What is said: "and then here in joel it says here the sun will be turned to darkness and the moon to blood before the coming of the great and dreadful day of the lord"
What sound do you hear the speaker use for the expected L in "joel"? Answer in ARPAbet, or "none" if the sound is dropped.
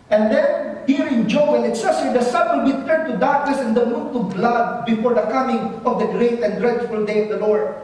N